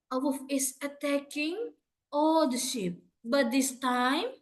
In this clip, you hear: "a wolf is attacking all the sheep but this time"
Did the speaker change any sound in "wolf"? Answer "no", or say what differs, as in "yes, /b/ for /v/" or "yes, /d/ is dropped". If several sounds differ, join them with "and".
yes, /l/ is dropped